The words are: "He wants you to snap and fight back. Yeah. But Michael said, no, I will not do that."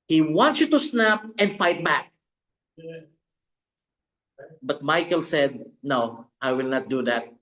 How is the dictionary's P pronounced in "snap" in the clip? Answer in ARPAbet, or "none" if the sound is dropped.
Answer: P